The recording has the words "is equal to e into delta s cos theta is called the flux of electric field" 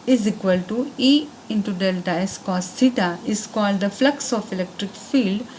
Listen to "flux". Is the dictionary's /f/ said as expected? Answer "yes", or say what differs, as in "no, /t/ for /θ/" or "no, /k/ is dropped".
yes